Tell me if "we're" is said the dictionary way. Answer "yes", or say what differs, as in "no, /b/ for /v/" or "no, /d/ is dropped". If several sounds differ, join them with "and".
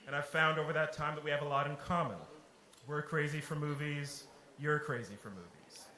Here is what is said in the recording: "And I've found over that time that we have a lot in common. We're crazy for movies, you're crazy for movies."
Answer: yes